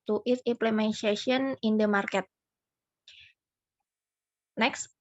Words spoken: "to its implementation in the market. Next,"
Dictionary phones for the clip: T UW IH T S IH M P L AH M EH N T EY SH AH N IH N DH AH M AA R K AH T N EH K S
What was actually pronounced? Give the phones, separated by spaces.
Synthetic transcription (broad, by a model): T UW T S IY M P L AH M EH N S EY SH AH N IH N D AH M AA R K AH T N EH K S